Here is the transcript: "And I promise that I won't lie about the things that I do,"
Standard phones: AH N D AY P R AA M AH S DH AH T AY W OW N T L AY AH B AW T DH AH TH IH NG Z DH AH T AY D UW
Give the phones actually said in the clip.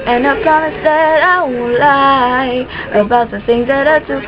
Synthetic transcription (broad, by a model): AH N AY P R AA M AH S DH AH T AY W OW L AY AH B AW T DH AH TH IH NG Z DH AH T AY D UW